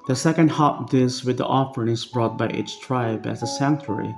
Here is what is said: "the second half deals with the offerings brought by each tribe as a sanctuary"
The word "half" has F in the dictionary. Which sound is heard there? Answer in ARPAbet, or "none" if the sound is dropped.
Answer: P